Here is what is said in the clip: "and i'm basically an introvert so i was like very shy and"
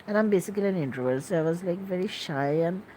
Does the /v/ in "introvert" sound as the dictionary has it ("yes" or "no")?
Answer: no